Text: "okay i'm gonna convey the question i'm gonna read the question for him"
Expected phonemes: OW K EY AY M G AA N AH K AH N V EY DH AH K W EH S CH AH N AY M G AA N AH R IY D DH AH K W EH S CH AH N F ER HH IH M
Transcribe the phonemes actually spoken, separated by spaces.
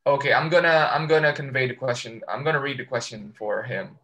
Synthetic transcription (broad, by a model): OW K EY AY M G AA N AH K AH N V EY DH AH K W EH S CH AH N AY M G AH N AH R IY D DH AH K W EH S CH AH N F ER HH IH M